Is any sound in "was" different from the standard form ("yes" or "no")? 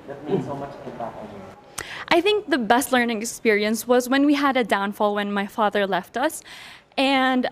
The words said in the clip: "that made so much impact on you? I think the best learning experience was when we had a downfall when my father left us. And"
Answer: no